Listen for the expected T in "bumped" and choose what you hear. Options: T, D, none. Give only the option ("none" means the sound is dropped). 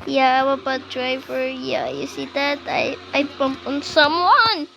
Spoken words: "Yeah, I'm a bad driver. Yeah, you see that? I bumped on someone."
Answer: none